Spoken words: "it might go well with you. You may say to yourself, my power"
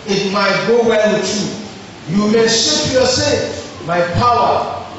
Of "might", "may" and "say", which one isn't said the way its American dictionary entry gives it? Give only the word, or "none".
say